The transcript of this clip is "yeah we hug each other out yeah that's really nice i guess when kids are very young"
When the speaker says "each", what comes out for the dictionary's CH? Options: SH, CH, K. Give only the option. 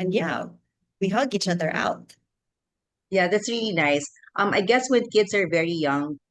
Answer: CH